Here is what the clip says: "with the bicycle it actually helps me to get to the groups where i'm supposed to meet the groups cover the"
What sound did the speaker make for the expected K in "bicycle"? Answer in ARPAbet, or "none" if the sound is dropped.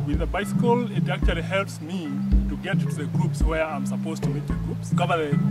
K